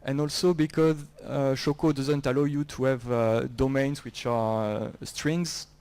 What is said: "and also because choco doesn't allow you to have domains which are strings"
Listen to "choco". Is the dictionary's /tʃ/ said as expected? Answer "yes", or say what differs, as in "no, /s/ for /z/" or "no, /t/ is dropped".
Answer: no, /ʃ/ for /tʃ/